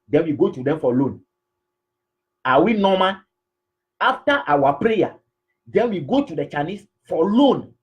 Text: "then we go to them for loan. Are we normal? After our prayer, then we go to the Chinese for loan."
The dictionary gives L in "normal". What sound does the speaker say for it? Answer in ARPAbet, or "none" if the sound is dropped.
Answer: N